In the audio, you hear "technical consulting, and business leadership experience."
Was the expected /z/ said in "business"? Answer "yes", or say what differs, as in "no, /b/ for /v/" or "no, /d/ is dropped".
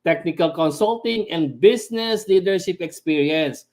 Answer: no, /s/ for /z/